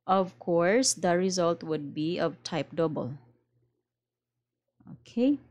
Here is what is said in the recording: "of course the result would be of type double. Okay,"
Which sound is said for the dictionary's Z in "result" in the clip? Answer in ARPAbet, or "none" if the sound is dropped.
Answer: Z